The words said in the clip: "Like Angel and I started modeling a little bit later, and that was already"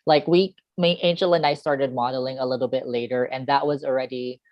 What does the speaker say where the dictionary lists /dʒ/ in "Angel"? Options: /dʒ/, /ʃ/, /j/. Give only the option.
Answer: /ʃ/